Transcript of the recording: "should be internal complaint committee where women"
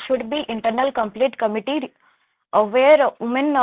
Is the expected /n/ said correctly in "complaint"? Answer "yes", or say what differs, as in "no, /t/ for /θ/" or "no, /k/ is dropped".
no, /n/ is dropped